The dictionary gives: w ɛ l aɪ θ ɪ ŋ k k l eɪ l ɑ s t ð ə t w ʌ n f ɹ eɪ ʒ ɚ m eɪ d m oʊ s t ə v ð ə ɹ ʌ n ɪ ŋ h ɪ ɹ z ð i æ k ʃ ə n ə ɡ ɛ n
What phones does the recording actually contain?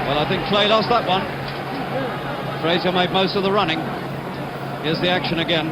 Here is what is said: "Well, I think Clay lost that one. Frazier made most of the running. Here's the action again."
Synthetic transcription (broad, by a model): w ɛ l aɪ θ ɪ ŋ k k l eɪ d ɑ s ð ə t w ʌ n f ɹ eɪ z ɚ m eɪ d m oʊ s t ə v ð ə ɹ ʌ n ɪ ŋ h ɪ z ð i æ k ʃ ə n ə ɡ ɛ n